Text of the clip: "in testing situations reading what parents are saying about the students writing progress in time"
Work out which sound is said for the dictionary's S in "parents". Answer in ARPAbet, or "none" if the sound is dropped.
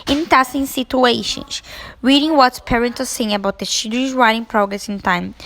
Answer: none